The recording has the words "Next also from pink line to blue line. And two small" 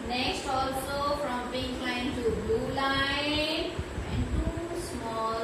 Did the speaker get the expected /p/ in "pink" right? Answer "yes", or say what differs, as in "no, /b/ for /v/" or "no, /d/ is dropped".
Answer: no, /b/ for /p/